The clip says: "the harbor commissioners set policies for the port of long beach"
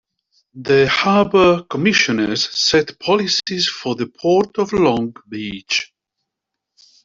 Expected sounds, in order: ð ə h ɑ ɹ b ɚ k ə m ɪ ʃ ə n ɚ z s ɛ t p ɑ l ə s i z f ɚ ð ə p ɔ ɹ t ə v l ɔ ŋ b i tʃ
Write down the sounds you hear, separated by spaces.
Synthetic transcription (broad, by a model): ð ə h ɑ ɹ b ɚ k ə m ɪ ʃ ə n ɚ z s ɛ t p ɑ l ə s i z f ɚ ð ə p ɔ ɹ t ə v l ɔ ŋ b i tʃ